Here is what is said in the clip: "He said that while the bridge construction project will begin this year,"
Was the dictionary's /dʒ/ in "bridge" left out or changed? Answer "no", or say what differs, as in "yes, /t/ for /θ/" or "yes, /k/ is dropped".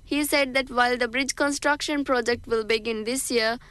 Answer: no